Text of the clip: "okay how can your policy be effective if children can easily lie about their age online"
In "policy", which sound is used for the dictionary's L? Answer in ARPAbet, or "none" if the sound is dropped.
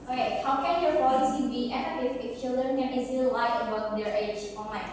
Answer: none